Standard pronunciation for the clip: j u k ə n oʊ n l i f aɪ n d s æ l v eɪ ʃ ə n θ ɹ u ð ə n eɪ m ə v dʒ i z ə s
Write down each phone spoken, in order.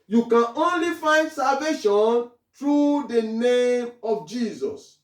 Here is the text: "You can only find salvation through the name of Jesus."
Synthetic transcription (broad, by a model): j u k ə n oʊ n l i f aɪ n d s æ l v eɪ ʃ ə n t ɹ u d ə n eɪ m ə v dʒ i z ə s